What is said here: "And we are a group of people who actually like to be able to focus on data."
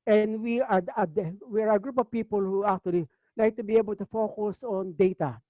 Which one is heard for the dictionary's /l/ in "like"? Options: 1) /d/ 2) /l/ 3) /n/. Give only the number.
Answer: 3